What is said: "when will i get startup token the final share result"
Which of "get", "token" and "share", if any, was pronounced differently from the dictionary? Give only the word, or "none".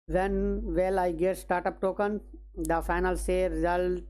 share